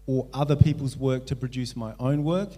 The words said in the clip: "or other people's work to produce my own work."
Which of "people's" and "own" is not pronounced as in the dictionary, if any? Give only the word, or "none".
none